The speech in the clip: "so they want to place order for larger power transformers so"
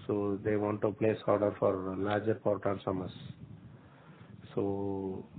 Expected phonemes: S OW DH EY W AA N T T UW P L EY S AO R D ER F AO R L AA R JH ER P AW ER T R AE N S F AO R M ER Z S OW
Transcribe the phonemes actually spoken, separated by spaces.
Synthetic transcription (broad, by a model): S OW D EY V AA N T T UW P L EY S AO R D ER F AO R L AA R JH ER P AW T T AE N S AO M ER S S OW